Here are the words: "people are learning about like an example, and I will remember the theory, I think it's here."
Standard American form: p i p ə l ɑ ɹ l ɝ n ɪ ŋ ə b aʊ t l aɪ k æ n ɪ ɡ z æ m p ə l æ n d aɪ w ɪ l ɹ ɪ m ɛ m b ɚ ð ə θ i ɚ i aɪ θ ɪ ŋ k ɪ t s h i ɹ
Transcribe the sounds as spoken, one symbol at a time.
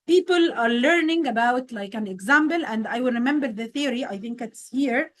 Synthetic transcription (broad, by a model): p i p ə l ɑ ɹ l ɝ n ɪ ŋ ə b aʊ t l aɪ k æ n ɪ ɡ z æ m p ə l æ n d aɪ w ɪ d ɹ ɪ m ɛ m b ɚ ð ə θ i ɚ i aɪ θ ɪ ŋ k ɪ t s h i ɹ